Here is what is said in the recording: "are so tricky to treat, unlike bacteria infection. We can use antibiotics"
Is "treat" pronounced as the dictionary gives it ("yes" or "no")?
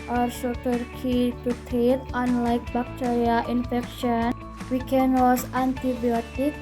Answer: no